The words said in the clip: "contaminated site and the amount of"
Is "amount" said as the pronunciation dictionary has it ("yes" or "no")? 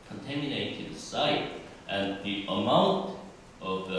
yes